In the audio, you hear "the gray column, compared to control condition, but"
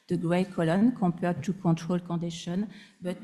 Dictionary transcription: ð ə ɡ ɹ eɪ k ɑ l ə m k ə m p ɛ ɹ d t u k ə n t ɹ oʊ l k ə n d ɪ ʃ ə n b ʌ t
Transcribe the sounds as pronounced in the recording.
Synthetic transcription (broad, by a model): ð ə ɡ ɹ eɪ k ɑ l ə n k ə p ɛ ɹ d t u k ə t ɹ oʊ l k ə d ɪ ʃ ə n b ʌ t